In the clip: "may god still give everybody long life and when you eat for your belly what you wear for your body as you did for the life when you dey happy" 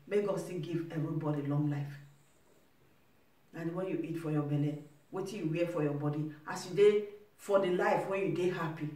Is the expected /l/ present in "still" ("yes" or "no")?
no